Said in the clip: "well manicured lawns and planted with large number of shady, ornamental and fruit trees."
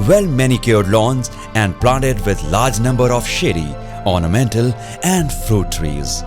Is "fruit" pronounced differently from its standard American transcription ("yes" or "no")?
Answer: no